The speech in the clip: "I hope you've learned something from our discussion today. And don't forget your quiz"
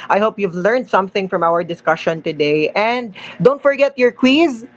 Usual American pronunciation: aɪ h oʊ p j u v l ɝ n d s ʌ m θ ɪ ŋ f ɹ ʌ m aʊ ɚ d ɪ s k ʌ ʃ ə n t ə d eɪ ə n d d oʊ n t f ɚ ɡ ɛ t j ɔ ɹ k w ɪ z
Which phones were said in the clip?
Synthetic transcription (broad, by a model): aɪ h oʊ p j u v l ɝ n d s ʌ m θ ɪ ŋ f ɹ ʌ m aʊ ɚ d ɪ s k ʌ ʃ ə n t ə d eɪ ə n d d oʊ n t f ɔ ɡ ɛ t j ɔ ɹ k w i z